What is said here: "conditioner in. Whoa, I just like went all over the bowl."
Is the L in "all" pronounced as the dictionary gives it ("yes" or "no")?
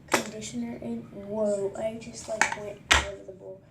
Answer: no